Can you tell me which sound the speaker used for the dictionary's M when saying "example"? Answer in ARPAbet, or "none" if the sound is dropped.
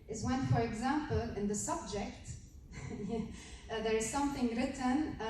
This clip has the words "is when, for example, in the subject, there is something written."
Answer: M